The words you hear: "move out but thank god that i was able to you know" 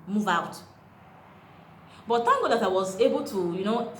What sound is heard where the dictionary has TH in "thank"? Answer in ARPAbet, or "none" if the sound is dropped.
T